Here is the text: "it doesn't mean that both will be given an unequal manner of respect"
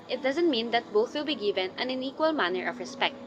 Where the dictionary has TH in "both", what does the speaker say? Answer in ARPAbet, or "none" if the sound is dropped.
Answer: TH